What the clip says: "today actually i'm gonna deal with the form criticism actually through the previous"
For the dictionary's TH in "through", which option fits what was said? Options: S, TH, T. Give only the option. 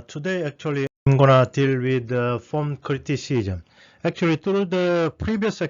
T